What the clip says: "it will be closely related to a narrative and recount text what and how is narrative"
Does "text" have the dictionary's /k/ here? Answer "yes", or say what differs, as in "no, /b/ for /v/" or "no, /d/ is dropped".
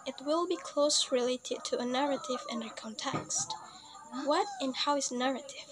yes